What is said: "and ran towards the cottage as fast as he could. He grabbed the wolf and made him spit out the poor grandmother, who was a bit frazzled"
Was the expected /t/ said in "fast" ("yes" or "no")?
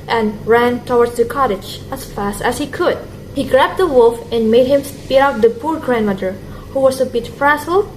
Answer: yes